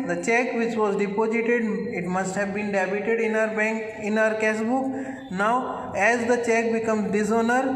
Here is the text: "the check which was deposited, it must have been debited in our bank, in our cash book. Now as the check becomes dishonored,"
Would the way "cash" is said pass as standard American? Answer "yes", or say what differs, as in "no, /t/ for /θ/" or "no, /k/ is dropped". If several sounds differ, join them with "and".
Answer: no, /s/ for /ʃ/